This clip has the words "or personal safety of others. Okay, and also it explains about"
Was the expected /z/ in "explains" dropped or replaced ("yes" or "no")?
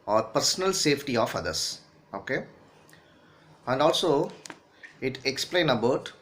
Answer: yes